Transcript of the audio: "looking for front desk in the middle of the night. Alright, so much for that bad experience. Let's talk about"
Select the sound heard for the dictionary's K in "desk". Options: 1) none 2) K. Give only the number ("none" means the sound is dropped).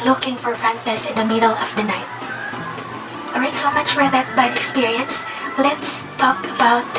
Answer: 1